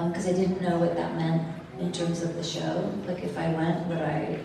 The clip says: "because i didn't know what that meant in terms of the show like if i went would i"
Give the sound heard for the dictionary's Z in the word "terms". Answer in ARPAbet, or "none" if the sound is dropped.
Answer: Z